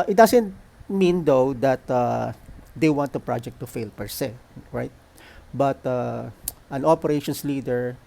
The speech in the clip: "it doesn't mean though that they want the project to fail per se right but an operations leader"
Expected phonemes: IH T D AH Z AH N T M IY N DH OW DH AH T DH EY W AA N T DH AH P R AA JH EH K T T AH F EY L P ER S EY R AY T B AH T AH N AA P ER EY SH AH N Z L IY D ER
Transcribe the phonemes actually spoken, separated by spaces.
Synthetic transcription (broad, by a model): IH T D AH S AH N T M IY N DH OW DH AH T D EY W AA N T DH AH P R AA JH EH K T T AH F EY L P ER S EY R AY T B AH T AH N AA P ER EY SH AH N S L IY D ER